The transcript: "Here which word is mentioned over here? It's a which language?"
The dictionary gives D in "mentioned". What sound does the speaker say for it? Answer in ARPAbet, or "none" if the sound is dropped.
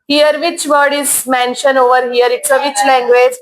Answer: none